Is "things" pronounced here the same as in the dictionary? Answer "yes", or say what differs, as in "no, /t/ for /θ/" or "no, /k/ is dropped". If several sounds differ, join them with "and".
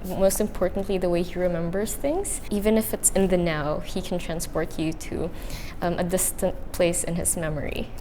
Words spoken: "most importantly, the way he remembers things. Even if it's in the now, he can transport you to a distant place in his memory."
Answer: yes